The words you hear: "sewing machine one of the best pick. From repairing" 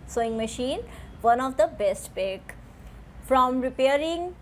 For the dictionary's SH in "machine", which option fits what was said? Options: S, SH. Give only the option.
SH